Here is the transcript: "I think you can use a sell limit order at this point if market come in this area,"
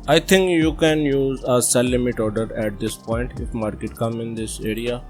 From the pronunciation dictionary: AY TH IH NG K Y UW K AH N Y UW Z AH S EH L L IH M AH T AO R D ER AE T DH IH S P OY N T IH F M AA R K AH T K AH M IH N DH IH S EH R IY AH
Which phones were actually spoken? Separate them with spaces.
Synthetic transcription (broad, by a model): AY T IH NG K Y UW K AH N Y UW Z AH S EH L L IH M AH T AO R D ER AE T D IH S P OY N T IH F M AA R K AH T K AH M IH N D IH S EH R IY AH